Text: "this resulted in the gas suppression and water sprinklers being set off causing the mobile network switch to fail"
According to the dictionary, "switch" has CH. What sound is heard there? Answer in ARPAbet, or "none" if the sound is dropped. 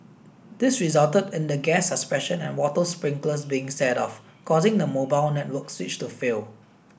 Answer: CH